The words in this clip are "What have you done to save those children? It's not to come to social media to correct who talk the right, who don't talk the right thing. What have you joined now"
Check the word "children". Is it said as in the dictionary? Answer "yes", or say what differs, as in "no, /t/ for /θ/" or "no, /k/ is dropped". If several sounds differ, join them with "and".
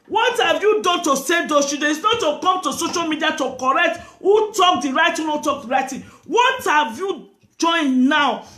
no, /l/ is dropped and /ɹ/ is dropped